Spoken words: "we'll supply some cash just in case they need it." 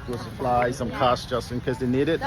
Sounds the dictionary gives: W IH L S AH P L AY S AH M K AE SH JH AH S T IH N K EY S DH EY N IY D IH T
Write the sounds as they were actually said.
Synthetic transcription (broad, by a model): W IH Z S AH F L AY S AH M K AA S JH AH S T IH N K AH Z DH EY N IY D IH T